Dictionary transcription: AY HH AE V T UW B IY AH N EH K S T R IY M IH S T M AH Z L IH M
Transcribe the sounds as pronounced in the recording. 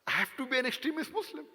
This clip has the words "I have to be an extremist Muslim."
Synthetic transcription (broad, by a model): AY HH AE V T UW B IY AH N EH K S T R IY M IH S T M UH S L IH M